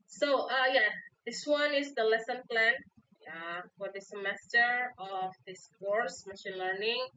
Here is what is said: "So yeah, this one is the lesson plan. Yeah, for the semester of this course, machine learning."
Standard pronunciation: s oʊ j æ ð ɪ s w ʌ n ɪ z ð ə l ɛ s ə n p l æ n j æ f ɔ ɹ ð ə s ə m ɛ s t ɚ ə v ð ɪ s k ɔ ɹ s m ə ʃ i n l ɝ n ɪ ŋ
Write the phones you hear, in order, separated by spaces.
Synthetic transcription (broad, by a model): s oʊ j æ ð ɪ s w ʌ n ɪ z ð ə l ɛ s ə n p l æ n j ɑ f ɔ ɹ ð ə s ə m ɛ s t ɚ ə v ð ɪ s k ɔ ɹ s m ə ʃ i n l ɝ n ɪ ŋ